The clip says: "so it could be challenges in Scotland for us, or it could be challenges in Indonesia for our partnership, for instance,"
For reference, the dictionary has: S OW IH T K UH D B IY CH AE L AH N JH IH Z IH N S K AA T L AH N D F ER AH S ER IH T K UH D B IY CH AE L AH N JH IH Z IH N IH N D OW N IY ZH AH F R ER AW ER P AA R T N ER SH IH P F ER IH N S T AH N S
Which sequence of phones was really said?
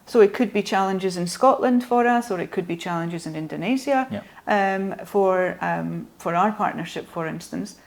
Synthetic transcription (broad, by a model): S OW IH T K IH D B IY CH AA L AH N JH IH Z IH N S K AA T L AH N D F ER AH S ER IH T K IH D B IY CH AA L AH N JH IH Z IH N IH N D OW N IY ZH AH F R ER AW ER P AA R T N ER SH IH P F ER IH N S T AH N S